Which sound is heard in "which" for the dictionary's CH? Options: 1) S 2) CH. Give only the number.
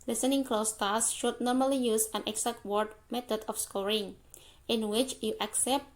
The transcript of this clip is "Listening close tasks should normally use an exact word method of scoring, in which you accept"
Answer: 2